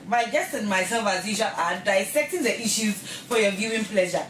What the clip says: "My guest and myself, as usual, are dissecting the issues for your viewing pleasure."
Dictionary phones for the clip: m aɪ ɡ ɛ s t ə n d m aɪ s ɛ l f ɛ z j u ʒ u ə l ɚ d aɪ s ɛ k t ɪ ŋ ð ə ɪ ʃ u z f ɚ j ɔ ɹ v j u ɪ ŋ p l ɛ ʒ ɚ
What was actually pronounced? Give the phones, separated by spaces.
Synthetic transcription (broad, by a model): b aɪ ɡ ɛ s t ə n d m aɪ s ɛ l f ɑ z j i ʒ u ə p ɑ d aɪ s ɛ k t ɪ ŋ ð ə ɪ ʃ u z f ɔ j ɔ v j u ɪ ŋ p l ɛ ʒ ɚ